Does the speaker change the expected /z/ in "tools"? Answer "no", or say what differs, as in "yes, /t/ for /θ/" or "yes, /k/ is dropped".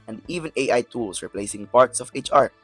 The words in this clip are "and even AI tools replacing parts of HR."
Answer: yes, /s/ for /z/